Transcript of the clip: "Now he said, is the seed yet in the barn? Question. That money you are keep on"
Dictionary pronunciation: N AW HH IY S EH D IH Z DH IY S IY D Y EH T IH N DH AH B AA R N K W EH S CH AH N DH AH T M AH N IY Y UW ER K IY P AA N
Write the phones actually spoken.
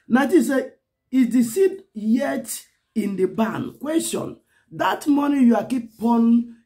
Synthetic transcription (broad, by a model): N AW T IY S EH IH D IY S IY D Y EH T IH N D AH B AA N K W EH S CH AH N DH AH T M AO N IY Y UW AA K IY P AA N